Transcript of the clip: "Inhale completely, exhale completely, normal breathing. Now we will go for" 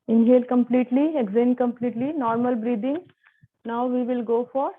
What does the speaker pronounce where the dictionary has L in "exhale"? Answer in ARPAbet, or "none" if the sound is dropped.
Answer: N